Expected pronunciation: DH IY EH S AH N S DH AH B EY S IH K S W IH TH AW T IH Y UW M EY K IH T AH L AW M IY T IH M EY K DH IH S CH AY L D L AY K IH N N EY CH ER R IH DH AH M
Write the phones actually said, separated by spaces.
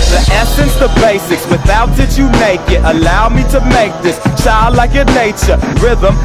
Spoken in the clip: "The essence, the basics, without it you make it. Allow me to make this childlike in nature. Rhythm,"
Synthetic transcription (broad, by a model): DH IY EH S AH N S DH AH B EY S IH K S W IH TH AW T IH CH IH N EY K IH T AH L AW M IY T IH M EY K DH IH S CH AY L D L AY K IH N N EY CH ER R IH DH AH M